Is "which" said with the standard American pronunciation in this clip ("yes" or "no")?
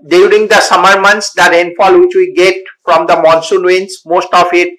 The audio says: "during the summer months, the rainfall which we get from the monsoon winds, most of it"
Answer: yes